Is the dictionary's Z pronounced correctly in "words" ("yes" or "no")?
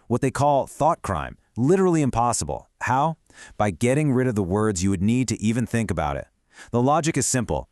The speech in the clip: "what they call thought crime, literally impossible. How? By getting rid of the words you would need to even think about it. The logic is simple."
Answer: yes